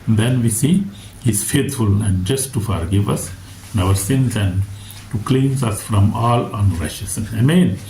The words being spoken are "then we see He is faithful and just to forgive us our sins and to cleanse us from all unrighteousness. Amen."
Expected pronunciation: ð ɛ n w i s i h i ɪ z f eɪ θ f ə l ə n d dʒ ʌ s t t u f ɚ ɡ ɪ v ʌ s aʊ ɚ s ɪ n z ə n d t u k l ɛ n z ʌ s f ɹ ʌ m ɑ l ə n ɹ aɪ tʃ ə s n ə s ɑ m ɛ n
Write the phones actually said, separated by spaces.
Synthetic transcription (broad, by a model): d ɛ n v i s i h i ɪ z f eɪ t f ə l ə n d dʒ ʌ s t t u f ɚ ɡ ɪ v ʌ s aʊ ɚ s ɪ n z ə n d t u k l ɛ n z ʌ s f ɹ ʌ m ɑ l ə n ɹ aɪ ʃ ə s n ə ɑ m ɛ n